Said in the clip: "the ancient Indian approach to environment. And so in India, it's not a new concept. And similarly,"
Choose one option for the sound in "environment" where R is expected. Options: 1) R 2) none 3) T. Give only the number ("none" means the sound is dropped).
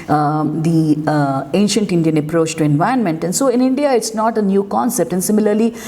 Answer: 2